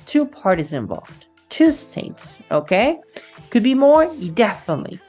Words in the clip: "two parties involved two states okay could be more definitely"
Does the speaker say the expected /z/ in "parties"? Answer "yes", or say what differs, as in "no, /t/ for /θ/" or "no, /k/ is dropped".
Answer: yes